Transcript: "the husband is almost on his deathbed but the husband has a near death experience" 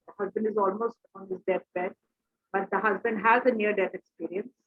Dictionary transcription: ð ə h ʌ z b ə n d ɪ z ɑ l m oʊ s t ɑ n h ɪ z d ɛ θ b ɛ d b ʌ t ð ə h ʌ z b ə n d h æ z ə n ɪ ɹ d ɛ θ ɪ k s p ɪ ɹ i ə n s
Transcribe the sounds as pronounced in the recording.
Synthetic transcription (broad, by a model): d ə h ʌ z b ə n d ɪ z ɑ l m oʊ s t ɑ n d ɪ s d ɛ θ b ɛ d b ʌ t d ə h ʌ z b ə n d h æ z ə n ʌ ɹ d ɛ t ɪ k s p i ɹ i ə n s